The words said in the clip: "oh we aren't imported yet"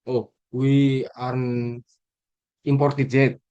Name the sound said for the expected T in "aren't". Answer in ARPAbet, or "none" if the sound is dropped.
none